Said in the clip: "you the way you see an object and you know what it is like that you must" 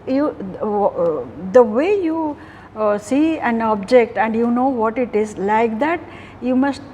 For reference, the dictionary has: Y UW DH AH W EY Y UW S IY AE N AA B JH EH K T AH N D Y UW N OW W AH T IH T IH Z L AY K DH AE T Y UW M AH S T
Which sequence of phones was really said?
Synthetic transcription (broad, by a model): Y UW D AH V EY Y UW S IY AE N AA B JH EH K T AH N D Y UW N OW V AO T IH T IH Z L AY K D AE T Y UW M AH S T